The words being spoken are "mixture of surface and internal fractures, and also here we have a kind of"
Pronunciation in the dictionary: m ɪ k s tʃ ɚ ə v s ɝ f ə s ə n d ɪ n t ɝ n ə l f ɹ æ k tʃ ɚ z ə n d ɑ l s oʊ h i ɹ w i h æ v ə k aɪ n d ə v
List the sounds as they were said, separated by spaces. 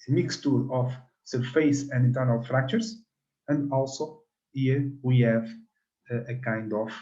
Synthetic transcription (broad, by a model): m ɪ k s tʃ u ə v s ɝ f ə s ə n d ɪ n t ɝ n ə l f ɹ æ k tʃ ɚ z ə n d ɑ l s oʊ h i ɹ w i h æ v ə k aɪ n d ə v